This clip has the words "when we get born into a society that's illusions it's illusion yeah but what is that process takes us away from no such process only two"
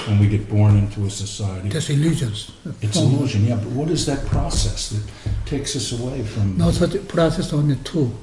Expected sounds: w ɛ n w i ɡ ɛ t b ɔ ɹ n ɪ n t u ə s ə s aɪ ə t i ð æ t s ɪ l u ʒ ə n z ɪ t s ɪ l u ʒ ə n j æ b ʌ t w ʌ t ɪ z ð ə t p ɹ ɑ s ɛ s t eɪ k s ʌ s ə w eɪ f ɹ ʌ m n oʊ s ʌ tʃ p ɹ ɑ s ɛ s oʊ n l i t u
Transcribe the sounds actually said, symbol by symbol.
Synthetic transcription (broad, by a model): w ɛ n w i ɡ ɛ t b ɔ ɹ n ɪ n t u ə s ə s aɪ ə t i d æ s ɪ l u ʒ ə n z ɪ t s ɪ l u ʒ ə n j æ b ʌ t w ʌ t ɪ z ð ə t p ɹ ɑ s ɛ s t eɪ k s ʌ s ə w eɪ f ɹ ʌ m n oʊ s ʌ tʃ p ɹ ɑ s ɛ s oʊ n i t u